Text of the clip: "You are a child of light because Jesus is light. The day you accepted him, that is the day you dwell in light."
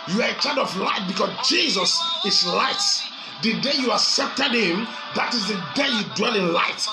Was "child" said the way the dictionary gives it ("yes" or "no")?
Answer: no